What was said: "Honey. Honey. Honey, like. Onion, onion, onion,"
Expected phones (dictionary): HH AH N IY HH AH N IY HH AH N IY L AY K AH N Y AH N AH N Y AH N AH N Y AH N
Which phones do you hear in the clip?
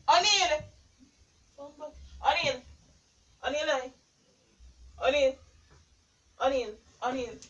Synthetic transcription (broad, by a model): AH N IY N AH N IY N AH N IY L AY AH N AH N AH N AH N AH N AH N